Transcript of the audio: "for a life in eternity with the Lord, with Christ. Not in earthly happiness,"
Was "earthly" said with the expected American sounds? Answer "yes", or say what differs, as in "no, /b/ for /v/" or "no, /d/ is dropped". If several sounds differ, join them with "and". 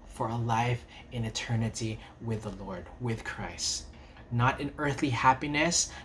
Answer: yes